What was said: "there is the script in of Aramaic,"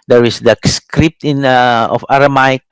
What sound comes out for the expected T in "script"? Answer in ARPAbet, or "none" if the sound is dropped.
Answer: T